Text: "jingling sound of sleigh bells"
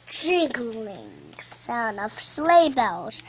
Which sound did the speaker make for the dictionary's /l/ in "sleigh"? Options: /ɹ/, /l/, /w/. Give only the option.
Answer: /l/